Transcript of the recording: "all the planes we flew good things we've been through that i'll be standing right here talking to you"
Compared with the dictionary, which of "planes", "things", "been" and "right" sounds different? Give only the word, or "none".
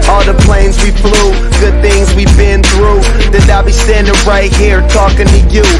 none